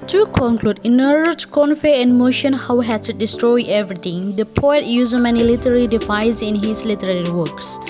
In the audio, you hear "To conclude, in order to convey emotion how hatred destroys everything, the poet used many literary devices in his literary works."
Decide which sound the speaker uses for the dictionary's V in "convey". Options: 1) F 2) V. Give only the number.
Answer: 1